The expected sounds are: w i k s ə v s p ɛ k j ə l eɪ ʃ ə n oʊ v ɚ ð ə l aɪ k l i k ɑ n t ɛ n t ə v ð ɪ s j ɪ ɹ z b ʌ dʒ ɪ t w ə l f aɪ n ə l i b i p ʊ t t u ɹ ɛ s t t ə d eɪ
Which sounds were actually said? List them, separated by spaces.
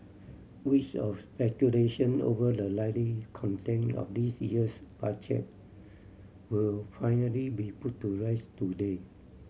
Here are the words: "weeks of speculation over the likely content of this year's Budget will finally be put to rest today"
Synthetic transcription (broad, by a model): w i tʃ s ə f s p ɛ k j ə l eɪ ʃ ə n oʊ v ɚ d ə l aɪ l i k ɑ n t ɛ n ə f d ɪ s j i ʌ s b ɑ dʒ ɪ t w ə l f aɪ n ə l i b i p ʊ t t u ɹ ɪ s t t ə d eɪ